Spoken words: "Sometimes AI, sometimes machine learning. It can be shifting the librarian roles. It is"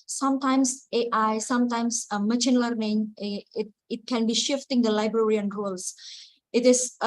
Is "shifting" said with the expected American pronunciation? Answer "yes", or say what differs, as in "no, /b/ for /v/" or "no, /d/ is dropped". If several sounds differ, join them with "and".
yes